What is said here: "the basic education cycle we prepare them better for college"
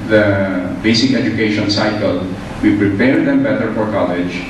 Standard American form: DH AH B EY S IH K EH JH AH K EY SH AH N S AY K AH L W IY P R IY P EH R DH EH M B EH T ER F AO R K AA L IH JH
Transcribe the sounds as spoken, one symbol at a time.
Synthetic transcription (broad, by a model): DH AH B EY S IH K EH JH AH K EY SH AH N S AY K AH L W IY P R IY P EH R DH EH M B EH T ER F AO R K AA L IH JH